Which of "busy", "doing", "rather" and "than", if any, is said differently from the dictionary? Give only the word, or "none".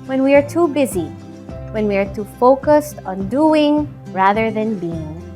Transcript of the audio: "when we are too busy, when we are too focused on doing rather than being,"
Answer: none